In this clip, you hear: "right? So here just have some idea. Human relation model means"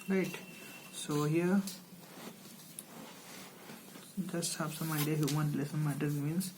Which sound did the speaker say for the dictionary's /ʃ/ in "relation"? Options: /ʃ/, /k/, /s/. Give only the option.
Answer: /s/